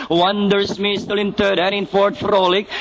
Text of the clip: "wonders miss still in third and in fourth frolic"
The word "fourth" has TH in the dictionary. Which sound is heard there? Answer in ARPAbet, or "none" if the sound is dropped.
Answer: T